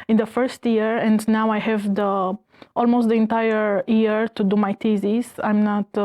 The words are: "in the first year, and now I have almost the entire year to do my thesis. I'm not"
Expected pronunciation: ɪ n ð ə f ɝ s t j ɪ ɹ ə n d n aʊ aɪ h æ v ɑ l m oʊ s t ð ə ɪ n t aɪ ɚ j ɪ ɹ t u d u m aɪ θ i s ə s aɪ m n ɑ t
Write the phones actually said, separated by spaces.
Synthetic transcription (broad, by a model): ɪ n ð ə f ɝ s t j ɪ ɹ ə n d n aʊ aɪ h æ v ɑ l m oʊ s t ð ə ɪ n t aɪ ɚ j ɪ ɹ t u d u m aɪ t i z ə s aɪ m n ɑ t